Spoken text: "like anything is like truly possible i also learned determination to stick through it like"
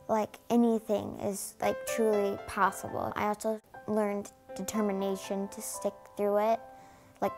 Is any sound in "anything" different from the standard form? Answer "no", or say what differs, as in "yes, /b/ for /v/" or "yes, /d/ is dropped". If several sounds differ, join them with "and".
no